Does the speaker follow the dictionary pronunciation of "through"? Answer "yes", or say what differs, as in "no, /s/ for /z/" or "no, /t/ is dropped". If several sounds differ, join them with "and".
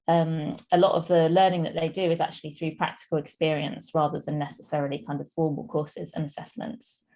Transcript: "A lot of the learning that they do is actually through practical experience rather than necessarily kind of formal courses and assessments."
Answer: yes